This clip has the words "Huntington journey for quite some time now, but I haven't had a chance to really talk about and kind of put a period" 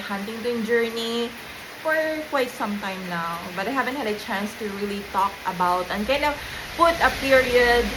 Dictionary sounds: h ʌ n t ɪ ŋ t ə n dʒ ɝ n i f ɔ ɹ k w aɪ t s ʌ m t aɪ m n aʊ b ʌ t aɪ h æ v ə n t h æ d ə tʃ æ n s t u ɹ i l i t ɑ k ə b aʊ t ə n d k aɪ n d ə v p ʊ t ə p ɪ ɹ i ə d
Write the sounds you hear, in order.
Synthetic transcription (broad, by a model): h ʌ n t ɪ ŋ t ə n dʒ ɝ n i f ɔ ɹ k w aɪ t s ʌ m t aɪ m n aʊ b ʌ t aɪ h æ v ə n t h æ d ə tʃ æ n s t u ɹ i l i t ɑ k ə b aʊ t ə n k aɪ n ə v p ʊ t ə p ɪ ɹ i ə d